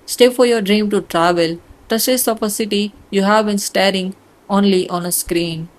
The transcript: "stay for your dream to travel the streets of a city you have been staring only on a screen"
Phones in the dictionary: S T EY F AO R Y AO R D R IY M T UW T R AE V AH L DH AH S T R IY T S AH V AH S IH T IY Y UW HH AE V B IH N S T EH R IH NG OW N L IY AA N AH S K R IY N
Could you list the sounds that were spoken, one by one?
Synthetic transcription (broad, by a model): S T EY F AO R Y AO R D R IY M T UW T R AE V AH L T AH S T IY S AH F AH S IH T IY Y UW HH AE V B IH N S T EH R IH NG OW N L IY AA N AH S K R IY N